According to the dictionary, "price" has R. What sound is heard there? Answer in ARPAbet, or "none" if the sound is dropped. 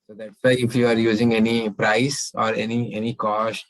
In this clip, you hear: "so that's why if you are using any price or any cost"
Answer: R